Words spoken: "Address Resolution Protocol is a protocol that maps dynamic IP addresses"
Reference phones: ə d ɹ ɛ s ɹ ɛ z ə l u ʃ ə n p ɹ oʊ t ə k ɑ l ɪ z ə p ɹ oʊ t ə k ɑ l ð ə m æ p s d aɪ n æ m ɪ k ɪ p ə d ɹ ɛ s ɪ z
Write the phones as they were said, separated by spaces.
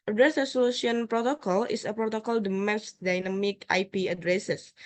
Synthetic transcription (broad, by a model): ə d ɹ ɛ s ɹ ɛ s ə l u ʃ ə n p ɹ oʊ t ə k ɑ l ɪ s ə p ɹ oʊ t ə k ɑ l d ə m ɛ s d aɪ n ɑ m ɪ k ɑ p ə d ɹ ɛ s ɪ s